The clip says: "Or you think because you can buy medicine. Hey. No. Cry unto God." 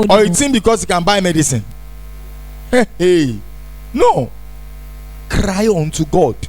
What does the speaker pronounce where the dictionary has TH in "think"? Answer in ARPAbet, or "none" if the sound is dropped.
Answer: T